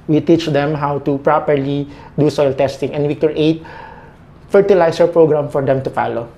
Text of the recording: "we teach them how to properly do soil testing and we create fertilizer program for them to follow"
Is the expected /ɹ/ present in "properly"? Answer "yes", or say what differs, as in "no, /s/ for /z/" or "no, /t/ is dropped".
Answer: yes